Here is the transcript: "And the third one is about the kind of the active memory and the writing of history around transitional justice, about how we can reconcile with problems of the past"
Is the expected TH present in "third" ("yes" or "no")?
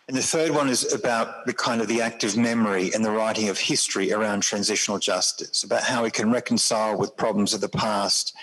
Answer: yes